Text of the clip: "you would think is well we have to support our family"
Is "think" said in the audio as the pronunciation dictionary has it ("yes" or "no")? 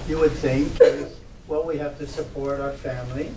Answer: yes